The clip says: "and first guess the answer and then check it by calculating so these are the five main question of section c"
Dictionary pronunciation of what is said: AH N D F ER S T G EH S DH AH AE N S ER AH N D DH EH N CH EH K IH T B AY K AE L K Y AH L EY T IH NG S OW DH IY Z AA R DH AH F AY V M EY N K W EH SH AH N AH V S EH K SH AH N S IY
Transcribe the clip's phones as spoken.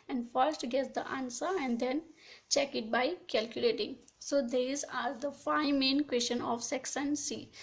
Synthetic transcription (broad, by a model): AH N D F ER S T G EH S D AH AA N S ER AH N D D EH N CH EH K IH T B AY K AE L K Y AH L EY T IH NG S OW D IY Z AA R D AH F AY M EY N K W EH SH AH N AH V S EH K S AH N S IY